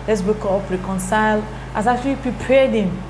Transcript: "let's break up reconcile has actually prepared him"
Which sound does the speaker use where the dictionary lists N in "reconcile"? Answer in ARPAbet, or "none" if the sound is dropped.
N